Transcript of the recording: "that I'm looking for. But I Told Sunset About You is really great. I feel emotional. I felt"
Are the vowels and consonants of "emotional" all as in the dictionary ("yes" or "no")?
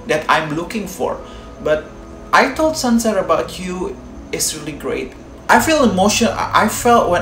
no